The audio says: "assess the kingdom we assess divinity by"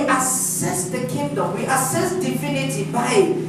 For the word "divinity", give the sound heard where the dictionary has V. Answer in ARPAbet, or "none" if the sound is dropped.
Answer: F